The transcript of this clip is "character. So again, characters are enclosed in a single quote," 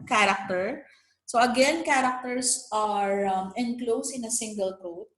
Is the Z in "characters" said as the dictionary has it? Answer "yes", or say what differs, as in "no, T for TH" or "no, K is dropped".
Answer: no, S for Z